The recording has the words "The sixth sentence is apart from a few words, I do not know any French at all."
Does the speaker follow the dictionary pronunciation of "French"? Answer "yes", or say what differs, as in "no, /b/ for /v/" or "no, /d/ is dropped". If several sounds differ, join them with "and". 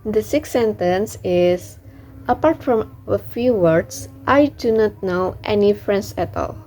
no, /s/ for /tʃ/